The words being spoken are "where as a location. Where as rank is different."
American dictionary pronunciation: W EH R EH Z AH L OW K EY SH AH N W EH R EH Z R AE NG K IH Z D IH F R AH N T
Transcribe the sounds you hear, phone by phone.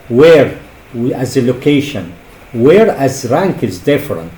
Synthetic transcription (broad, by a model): W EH R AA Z AH L OW K EY SH AH N W EH R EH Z R AE NG K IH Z D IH F R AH N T